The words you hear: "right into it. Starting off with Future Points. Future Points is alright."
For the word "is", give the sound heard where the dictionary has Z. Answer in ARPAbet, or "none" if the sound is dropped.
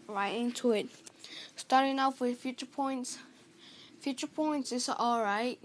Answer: S